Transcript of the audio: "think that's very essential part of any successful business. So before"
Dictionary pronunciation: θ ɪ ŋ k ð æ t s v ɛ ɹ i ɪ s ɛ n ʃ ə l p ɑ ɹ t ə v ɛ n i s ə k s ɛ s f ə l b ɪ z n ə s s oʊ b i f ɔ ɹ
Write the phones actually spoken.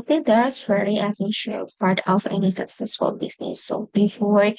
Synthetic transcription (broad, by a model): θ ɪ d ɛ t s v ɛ l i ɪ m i ʃ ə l p ɑ ɹ t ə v ɛ n i s ə k s ɛ s f ə l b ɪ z n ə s s oʊ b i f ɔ ɹ